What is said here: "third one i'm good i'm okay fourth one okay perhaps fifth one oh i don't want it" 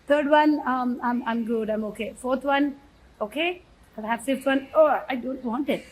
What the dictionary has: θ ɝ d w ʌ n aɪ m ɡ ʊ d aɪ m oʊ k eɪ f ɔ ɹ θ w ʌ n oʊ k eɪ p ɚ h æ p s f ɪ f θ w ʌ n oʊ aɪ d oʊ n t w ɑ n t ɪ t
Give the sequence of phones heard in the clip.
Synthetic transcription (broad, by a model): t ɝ d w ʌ n aɪ m ɡ ʊ d aɪ m oʊ k eɪ f ɔ ɹ t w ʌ n oʊ k eɪ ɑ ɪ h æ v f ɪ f t w ʌ n oʊ aɪ d oʊ n t w ɑ n t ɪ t